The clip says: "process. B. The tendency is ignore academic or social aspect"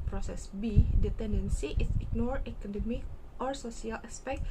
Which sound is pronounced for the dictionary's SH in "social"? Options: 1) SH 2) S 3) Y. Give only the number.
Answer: 2